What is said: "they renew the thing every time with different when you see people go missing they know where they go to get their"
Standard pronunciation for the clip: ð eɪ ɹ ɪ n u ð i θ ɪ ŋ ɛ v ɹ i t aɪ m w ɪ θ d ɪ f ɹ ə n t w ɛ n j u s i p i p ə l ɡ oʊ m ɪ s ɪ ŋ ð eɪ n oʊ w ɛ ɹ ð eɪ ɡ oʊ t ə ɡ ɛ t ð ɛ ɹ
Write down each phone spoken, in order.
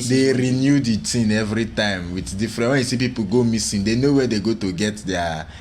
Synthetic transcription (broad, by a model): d eɪ ɹ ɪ n u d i t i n ɛ v ɹ i t aɪ m w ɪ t d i f ɹ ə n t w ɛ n j u s i p i p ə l ɡ oʊ m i s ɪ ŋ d eɪ n oʊ w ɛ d eɪ ɡ oʊ t ə ɡ ɛ t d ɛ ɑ